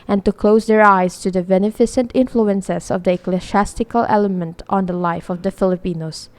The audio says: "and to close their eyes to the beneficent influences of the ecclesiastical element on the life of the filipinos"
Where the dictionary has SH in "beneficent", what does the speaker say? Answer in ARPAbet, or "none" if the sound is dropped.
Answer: S